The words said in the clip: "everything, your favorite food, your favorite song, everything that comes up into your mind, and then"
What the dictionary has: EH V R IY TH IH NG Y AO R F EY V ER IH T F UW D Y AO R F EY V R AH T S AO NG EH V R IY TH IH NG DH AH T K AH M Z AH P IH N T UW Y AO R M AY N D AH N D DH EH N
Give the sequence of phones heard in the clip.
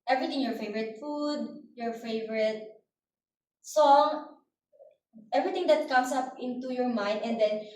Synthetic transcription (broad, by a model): EH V R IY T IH NG Y AO R F EY V ER IH T F UW D Y AO R F EY V R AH T S AO NG EH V R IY T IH NG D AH T K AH M S AH P IH N T UW Y AO R M AY N D AH N D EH N